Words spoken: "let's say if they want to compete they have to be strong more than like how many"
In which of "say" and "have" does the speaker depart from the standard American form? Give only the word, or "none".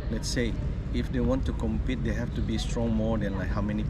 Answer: have